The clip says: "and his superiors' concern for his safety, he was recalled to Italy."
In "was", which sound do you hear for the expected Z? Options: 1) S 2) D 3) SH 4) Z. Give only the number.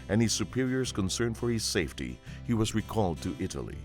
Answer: 4